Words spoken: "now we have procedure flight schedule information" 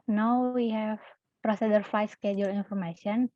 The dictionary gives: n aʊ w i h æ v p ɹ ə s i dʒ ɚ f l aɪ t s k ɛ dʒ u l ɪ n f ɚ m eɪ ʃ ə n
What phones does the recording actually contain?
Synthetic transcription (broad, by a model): n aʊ w i h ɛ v p ɹ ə s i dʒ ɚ f l aɪ s k ɛ dʒ u l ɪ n f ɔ m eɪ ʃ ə n